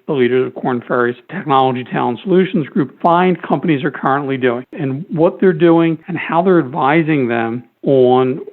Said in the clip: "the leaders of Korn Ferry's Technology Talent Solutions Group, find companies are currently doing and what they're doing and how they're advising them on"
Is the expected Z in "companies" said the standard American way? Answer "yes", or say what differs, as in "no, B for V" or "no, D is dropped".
yes